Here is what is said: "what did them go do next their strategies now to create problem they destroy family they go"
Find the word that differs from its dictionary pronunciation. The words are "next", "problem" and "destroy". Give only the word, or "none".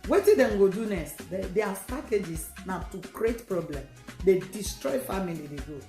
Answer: next